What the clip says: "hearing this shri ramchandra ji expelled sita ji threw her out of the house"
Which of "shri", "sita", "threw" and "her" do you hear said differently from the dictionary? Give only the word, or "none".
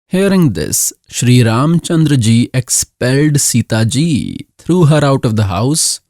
threw